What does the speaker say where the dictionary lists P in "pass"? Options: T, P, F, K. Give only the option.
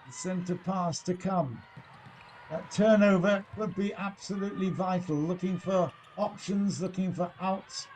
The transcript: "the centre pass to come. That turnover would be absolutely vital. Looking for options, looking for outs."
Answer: P